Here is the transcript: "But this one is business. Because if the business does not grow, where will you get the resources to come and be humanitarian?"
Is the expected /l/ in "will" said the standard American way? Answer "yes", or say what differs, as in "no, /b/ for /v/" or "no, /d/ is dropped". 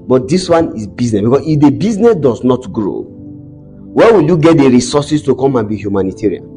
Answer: yes